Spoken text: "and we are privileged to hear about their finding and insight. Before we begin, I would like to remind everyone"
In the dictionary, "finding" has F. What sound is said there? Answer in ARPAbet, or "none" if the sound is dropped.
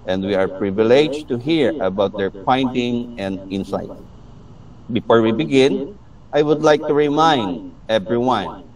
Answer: P